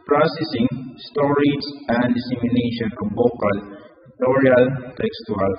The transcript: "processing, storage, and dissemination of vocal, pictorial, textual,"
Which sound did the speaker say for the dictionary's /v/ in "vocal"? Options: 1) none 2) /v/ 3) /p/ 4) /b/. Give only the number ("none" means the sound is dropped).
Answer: 4